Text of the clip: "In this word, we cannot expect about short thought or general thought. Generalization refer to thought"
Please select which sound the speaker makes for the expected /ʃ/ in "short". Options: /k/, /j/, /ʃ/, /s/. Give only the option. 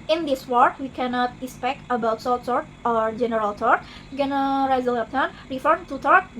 /s/